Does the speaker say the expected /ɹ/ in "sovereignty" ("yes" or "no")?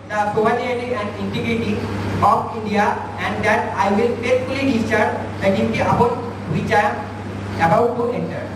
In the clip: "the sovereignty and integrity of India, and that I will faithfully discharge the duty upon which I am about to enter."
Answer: no